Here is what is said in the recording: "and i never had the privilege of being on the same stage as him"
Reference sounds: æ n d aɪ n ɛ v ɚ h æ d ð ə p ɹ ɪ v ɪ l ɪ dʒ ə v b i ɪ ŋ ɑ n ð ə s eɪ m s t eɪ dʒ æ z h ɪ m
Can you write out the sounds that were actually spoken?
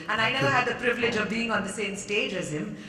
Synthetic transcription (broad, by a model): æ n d aɪ n ɛ v ɚ h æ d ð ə p ɹ ɪ v ɪ l ɪ dʒ ə v b i ɪ ŋ ɑ n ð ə s eɪ m s t eɪ dʒ æ z h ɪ m